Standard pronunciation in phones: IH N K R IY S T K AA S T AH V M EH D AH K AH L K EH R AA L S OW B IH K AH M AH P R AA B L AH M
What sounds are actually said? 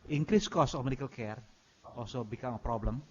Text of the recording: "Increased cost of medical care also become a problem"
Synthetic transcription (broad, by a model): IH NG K R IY S K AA S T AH F M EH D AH K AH L K EH R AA S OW B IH K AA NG AH P R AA B L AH M